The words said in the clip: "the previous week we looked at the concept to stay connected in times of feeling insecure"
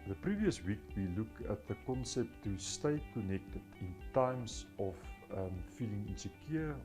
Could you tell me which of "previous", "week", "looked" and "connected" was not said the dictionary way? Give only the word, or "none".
looked